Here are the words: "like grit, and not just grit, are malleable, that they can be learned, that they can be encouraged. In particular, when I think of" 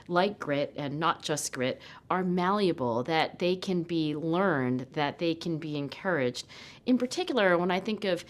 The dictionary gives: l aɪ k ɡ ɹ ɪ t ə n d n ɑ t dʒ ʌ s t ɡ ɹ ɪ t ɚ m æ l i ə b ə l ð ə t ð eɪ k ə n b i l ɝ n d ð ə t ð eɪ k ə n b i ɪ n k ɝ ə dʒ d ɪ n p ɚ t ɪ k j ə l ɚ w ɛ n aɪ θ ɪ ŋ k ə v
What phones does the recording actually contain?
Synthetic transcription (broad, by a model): l aɪ k ɡ ɹ ɪ t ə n n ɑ t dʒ ʌ s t ɡ ɹ ɪ t ɚ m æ l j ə b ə l ð ə t ð eɪ k ə n b i l ɝ n ð ə t ð eɪ k ə n b i ɪ n k ɝ ə dʒ d ɪ n p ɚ t ɪ k j l ɚ w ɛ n aɪ θ ɪ ŋ k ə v